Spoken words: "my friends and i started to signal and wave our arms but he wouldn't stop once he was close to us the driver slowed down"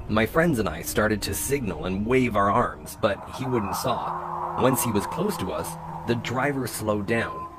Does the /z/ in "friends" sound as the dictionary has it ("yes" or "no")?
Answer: yes